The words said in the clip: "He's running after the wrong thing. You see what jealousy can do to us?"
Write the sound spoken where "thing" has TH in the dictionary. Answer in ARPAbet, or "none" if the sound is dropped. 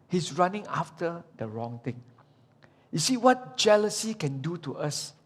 T